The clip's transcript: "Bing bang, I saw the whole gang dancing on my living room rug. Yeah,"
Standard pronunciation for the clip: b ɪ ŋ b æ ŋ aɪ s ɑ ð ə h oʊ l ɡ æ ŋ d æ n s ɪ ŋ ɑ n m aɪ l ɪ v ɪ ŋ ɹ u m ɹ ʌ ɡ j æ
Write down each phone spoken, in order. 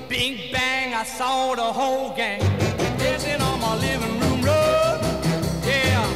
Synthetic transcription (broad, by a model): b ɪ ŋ b æ ŋ aɪ s ɑ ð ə h oʊ l ɡ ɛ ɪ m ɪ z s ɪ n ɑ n m aɪ l ɪ v ɪ ŋ ɹ u m ɹ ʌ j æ